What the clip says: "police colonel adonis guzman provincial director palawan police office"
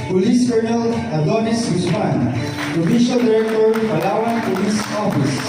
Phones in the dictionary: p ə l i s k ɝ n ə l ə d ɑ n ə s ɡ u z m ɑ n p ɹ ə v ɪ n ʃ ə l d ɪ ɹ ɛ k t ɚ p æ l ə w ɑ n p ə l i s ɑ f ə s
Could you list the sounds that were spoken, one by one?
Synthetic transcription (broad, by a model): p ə l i s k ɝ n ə l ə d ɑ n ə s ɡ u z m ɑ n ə f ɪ ʃ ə l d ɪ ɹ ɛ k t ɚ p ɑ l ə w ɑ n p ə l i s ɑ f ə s